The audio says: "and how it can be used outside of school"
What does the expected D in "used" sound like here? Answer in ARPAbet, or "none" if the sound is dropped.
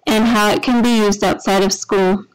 D